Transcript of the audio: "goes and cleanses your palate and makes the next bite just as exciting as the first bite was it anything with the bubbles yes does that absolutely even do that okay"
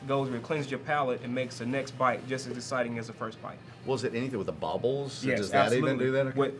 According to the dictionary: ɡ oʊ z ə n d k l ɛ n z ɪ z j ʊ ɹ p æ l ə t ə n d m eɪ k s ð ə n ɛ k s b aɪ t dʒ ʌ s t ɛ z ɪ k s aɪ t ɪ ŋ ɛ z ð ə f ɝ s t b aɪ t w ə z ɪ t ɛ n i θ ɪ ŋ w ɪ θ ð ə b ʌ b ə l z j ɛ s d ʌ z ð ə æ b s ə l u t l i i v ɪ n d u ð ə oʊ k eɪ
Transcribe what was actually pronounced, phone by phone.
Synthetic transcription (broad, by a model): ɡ oʊ z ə k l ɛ n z z j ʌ ɹ p æ l ə t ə n m eɪ k s ð ə n ɛ k s b aɪ t dʒ ʌ s t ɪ z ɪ s aɪ t ɪ ŋ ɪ z ð ə f ɝ s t b aɪ t w ə z ɪ t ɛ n i θ ɪ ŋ w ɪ ð ə b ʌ b l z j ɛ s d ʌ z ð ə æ s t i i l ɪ n d u ð ə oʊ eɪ